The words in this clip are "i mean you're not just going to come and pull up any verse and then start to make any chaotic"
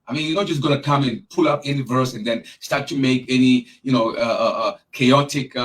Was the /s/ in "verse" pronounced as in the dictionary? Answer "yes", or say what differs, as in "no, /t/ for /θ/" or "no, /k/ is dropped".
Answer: yes